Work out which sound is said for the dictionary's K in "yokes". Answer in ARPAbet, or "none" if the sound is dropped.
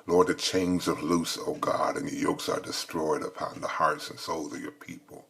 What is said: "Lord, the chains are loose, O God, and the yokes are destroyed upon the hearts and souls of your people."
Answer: K